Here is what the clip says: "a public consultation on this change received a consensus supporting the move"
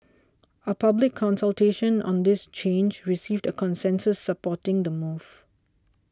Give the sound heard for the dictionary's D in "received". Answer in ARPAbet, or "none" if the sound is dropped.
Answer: D